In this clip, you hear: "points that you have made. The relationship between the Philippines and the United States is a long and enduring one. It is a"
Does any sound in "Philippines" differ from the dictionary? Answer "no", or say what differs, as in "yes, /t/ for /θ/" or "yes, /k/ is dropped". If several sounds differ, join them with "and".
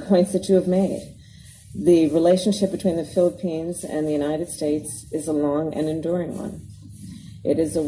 no